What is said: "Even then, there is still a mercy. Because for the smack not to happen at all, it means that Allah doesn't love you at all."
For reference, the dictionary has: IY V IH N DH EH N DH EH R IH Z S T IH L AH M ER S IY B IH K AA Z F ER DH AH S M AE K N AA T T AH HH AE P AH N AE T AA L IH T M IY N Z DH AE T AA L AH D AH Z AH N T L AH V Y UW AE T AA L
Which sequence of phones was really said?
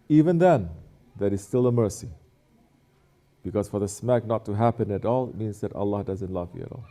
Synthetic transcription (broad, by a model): IY V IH N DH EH N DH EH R IH Z S T IH L AH M ER S IY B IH K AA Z F ER DH AH S M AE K N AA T T AH HH AE P AH N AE T AA L IH T M IY N Z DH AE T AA L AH D AH Z AH N T L AH V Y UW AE T AA L